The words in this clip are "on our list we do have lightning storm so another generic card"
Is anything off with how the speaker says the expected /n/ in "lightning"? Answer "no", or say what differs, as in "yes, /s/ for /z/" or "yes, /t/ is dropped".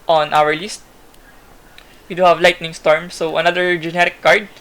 no